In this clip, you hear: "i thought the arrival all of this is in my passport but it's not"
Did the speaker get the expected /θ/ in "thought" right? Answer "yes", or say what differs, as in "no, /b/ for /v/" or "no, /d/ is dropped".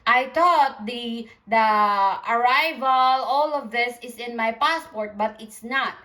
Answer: no, /t/ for /θ/